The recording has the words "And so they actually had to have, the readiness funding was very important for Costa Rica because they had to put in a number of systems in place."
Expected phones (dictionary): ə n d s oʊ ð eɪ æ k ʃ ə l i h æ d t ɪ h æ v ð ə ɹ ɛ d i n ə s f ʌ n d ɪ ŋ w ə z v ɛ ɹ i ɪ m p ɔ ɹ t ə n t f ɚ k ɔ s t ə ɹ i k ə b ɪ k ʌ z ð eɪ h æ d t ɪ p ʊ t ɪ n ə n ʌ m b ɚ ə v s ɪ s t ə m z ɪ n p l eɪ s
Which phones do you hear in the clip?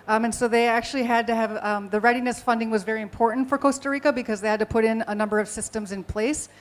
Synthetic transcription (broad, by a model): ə n s oʊ ð eɪ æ k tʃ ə l i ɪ d t ɪ v ð ə ɹ ɛ d i n ə s f ʌ n d ɪ ŋ w ə z v ɛ ɹ i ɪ m p ɔ ɹ t n t f ɚ k ɔ s t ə ɹ i k ə b ɪ k ʌ z ð eɪ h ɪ d t ɪ p ʊ t ɪ n ə n ʌ m b ɚ ə v s ɪ s t ə m z ɪ n p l eɪ s